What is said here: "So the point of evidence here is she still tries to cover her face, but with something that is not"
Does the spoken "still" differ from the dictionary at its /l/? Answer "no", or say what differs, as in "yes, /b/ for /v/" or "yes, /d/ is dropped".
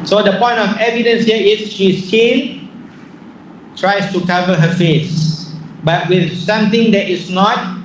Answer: yes, /n/ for /l/